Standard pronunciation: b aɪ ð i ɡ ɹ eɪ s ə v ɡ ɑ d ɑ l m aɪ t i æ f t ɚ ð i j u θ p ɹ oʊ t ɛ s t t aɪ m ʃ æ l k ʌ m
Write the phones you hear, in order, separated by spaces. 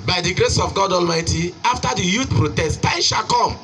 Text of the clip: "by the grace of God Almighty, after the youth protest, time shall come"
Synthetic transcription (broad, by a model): b aɪ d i ɡ ɹ eɪ s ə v ɡ ɑ d ɑ l m aɪ t i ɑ f t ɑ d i j u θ p ɹ oʊ t ɛ s t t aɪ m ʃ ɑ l k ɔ m